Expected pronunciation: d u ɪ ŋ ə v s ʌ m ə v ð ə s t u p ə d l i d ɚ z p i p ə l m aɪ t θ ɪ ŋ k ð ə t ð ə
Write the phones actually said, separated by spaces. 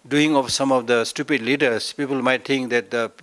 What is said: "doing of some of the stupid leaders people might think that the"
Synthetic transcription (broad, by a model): d u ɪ ŋ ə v s ʌ m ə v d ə s t u p ə d l i d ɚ s p i p ə l m aɪ t t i ŋ k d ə t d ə